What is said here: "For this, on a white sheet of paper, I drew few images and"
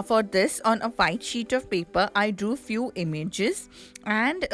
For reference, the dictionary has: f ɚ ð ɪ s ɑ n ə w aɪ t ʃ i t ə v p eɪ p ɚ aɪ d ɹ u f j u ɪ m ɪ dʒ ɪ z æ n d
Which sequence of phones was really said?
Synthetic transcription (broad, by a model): f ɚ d ɪ s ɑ n ə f aɪ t ʃ i t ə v p eɪ p ɚ aɪ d u f j u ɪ m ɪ dʒ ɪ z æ n d